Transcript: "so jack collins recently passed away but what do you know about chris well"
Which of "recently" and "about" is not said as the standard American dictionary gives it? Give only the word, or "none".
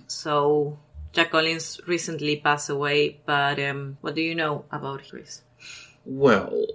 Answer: none